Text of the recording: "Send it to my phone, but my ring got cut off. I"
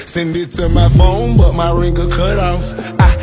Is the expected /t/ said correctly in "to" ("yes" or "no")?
no